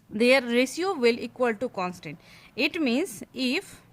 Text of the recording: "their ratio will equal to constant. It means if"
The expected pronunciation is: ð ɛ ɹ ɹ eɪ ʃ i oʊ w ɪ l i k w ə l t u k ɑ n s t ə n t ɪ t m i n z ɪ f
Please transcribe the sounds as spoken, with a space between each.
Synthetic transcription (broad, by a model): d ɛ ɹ ɹ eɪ s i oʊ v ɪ l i k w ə l t u k ɑ n s t ə n t ɪ t m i n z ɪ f